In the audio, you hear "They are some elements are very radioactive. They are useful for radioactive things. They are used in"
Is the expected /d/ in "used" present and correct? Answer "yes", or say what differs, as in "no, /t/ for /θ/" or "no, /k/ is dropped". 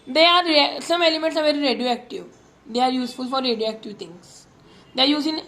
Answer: no, /d/ is dropped